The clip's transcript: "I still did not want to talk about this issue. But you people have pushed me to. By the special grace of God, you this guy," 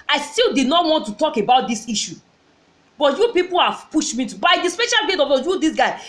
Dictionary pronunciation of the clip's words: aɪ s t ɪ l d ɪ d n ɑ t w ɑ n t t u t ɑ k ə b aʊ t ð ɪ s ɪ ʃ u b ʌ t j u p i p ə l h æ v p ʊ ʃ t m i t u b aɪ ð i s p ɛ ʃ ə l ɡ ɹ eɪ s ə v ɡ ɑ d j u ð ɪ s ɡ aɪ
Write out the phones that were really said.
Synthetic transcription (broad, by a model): aɪ s t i l d ɪ d n ɑ t w ɑ n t t u t ɑ k ə b aʊ t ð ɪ s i ʃ u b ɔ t j u p i p ə l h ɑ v p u ʃ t m i t u b aɪ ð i s p ɛ ʃ ə l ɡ eɪ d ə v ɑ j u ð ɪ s ɡ aɪ